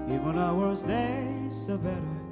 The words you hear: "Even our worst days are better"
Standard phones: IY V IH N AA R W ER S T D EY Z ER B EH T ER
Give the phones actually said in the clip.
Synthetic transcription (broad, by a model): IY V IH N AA W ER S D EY S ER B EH T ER